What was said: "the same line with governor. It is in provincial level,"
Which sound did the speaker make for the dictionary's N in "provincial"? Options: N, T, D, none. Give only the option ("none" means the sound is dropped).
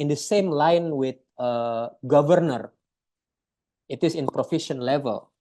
none